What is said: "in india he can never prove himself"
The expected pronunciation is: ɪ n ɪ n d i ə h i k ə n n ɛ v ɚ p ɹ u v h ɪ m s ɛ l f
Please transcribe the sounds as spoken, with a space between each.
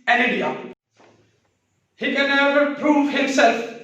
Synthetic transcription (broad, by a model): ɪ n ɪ d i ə h i k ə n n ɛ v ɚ p ɹ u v h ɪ m s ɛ l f